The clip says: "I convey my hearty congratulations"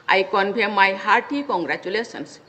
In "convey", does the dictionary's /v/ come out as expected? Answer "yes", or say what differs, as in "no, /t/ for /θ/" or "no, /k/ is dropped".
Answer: no, /b/ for /v/